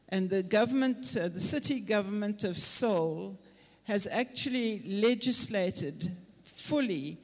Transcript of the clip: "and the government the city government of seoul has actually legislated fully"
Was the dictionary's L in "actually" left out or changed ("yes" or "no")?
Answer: no